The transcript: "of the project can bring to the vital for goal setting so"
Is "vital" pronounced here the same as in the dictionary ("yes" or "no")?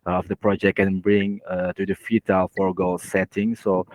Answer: no